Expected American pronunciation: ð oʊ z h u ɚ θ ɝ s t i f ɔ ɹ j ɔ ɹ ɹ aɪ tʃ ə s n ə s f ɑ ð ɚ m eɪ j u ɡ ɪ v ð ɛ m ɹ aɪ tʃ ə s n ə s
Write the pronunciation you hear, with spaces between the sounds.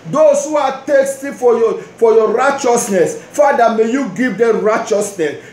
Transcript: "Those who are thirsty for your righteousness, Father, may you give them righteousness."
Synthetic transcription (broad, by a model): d oʊ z h u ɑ t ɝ s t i f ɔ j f ɔ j ɹ aɪ tʃ ə s n ə s f ɑ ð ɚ m eɪ j u ɡ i v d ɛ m ɹ aɪ tʃ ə s n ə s